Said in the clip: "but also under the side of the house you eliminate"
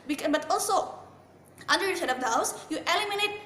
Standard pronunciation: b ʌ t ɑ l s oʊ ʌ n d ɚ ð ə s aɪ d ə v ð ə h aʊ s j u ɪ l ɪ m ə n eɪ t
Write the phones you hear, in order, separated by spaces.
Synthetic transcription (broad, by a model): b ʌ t ɑ l s oʊ ʌ n d ɚ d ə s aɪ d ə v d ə h aʊ s j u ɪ l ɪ m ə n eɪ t